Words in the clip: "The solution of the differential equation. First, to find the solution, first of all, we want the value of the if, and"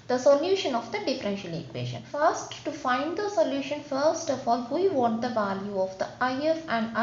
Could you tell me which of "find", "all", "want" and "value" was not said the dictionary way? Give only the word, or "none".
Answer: want